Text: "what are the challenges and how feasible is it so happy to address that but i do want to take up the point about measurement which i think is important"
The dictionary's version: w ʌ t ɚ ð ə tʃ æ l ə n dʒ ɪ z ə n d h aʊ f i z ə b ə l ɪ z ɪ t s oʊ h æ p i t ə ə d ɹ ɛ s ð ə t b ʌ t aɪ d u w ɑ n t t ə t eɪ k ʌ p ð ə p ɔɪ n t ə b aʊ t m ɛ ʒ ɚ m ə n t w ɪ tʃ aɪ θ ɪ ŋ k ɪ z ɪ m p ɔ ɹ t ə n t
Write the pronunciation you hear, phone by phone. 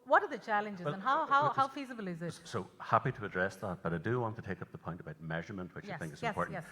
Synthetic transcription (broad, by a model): w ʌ t ɚ ð ə tʃ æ l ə n dʒ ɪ z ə n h h aʊ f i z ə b l ɪ z ɪ t s oʊ h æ p i t ə ə d ɹ ɛ s ð ə t b ʌ t aɪ d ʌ w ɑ n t t ə t eɪ k ʌ p ð ə p ɔɪ n t ə b aʊ t m ɛ ʒ ɚ m ə n t w ɪ tʃ aɪ θ ɪ ŋ k ɪ z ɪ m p ɔ ɹ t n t